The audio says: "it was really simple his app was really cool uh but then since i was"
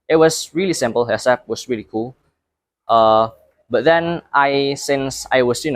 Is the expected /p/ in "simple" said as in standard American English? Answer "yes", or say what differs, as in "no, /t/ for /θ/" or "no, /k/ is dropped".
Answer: yes